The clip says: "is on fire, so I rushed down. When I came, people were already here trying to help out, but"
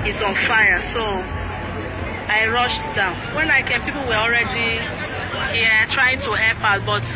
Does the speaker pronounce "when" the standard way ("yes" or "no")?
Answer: yes